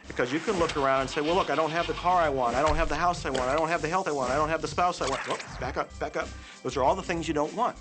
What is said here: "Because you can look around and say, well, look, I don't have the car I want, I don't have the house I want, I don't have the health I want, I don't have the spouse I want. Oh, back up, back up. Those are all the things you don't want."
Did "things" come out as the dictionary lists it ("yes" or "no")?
yes